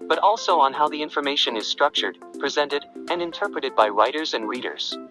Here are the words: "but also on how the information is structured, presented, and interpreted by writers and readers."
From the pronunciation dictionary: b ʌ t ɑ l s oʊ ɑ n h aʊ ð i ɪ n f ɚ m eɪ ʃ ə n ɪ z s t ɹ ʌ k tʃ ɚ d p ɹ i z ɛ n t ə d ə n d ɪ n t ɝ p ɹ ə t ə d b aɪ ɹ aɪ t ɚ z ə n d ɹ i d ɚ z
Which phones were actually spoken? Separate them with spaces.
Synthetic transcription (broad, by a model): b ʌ t ɑ l s oʊ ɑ n h aʊ ð i ɪ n f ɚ m eɪ ʃ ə n ɪ z s t ɹ ʌ k tʃ ɚ d p ɹ i z ɛ n t ə d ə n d ɪ n t ɝ p ɹ ə t ə d b aɪ ɹ aɪ t ɚ z ə n d ɹ i d ɚ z